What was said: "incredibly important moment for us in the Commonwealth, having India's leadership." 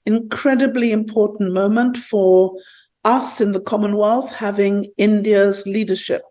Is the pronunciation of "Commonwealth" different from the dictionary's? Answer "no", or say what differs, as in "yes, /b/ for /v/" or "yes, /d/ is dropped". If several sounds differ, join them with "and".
no